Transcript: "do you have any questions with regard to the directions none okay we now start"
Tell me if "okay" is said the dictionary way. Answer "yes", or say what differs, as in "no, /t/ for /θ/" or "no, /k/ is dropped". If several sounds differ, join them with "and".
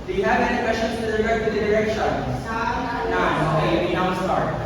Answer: no, /k/ is dropped